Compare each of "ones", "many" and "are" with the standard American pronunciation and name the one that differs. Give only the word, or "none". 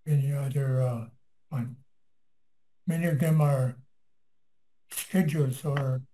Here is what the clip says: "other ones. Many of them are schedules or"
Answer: ones